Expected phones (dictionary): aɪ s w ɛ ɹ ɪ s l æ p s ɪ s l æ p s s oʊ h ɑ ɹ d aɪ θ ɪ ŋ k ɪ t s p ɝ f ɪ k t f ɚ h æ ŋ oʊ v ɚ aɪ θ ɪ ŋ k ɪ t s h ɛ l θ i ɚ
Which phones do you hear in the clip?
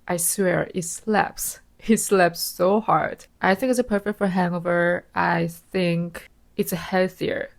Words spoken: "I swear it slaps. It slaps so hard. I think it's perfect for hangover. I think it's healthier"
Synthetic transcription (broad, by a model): aɪ s w ɛ ɹ ɪ s l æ p s ɪ s l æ p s s oʊ h ɑ ɹ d aɪ θ ɪ ŋ k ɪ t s p ɝ f ɪ k t f ɚ h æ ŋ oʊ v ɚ aɪ θ ɪ ŋ k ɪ t s h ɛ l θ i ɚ